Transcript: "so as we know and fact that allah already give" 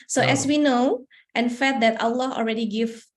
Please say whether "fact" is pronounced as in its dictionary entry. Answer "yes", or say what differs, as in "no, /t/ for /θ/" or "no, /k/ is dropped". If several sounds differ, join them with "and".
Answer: no, /k/ is dropped